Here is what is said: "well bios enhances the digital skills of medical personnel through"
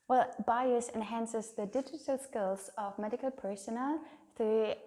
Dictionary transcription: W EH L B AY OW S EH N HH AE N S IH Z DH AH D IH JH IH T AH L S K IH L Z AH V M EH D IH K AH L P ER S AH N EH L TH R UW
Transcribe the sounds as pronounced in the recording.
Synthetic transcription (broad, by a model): W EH L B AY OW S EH N HH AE N S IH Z DH AH D IH JH IH T AH L S K IH L Z AH V M EH D IH K AH L P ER SH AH N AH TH R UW